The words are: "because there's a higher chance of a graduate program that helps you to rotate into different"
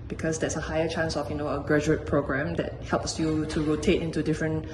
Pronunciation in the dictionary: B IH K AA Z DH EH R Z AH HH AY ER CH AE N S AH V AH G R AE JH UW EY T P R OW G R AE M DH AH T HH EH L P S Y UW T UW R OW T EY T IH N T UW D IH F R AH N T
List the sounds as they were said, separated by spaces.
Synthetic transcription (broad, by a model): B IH K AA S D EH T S AH HH AY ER CH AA N S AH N AH G R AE JH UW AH T P R OW G R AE M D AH T HH EH L P S Y UW T UW R OW T EY T IH N T UW D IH F R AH N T